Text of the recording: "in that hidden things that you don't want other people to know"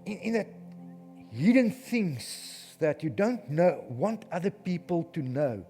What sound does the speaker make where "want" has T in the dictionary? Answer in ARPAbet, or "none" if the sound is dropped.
T